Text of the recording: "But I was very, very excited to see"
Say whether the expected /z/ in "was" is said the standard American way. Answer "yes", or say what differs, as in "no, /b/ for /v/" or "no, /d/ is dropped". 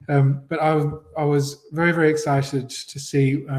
yes